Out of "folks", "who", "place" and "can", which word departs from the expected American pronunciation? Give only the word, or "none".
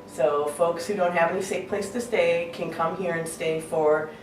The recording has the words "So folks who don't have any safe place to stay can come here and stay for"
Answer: none